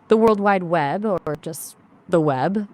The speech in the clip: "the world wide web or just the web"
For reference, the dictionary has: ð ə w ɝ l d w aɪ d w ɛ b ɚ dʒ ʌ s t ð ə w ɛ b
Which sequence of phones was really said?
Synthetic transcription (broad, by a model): ð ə w ɝ l d w aɪ d w ɛ b ɚ dʒ ʌ s t ð ə w ɛ b